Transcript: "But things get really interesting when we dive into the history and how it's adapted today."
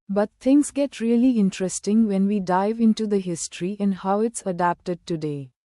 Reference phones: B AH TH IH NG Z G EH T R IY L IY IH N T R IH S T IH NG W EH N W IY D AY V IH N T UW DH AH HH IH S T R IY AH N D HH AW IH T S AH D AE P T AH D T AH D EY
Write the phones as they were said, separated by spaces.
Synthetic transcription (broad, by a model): B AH T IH NG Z G EH T R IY L IY IH N T R IH S T IH NG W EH N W IY D AY V IH N T UW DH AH HH IH S T R IY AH N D HH AW IH T S AH D AE P T AH D T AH D EY